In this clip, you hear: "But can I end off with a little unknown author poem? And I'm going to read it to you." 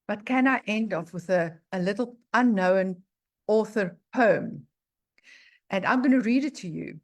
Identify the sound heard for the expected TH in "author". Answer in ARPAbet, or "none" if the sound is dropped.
TH